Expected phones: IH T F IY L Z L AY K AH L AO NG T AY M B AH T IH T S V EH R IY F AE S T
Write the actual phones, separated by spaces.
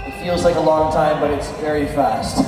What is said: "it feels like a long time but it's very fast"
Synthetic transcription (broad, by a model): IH T F IY L Z L AY K AH L AO NG T AY M B AH T IH T S V EH R IY F AE S T